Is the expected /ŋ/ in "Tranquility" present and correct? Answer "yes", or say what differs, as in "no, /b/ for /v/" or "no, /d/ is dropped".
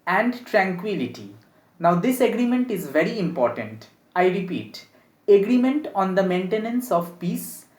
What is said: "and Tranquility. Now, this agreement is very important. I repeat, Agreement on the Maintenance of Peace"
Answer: yes